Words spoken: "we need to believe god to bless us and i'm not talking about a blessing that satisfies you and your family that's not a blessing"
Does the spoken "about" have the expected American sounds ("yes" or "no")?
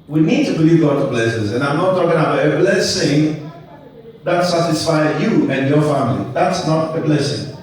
no